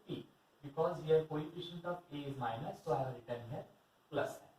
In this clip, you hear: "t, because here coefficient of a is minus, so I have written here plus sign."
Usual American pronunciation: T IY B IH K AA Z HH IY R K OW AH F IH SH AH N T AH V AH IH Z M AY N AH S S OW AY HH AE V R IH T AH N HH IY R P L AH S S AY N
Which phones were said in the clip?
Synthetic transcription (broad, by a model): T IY B IH K AA Z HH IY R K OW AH P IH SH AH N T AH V AH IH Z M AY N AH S S OW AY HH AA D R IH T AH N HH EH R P L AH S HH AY